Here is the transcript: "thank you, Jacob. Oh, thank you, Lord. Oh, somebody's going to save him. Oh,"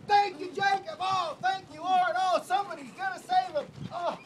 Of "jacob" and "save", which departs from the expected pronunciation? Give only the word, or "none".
none